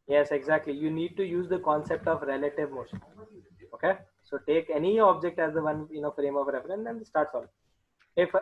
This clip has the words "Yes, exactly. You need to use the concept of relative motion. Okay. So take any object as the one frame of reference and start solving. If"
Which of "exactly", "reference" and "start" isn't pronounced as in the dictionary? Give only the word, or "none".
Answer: reference